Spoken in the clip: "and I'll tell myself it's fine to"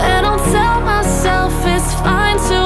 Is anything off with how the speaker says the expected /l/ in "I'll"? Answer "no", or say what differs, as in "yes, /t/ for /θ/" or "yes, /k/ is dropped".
yes, /n/ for /l/